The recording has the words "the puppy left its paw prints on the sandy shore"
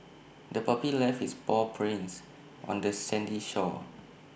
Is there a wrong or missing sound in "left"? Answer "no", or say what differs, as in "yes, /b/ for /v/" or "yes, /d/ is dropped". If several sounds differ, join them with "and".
yes, /t/ is dropped